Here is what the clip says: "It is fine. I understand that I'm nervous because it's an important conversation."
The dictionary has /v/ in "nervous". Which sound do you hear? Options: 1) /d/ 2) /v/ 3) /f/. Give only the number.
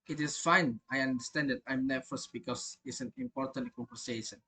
3